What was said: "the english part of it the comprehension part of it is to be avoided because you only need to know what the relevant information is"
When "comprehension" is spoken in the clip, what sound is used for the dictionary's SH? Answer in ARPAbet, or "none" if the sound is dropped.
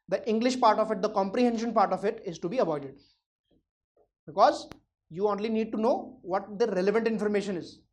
SH